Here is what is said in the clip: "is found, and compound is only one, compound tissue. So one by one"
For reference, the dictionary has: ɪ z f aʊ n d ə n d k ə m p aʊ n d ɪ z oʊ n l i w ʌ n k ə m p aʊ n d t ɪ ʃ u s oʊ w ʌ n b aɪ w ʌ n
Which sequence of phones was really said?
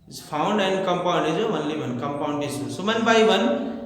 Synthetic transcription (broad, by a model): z p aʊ n d ə n d k ə m p aʊ n d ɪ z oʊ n l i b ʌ n k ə m p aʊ n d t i s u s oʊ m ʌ n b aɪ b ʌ n